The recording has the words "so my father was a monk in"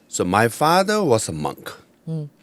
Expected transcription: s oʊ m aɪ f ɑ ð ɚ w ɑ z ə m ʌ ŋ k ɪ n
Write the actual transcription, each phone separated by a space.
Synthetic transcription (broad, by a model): s oʊ m aɪ f ɑ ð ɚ w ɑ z ə m ʌ ŋ k